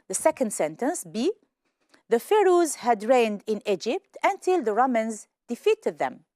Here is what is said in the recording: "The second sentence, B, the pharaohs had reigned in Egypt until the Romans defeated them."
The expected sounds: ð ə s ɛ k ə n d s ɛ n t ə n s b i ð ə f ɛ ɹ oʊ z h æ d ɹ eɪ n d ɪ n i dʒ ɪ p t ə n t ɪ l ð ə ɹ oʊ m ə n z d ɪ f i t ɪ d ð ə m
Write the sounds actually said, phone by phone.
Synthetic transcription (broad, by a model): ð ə s ɛ k ə n d s ɛ n t ə n s b i ð ə f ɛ ɹ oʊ z h æ d ɹ eɪ n d ɪ n i dʒ ɪ p t ə n t ɪ l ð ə ɹ oʊ m ə n z d ɪ f i t ɪ d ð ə m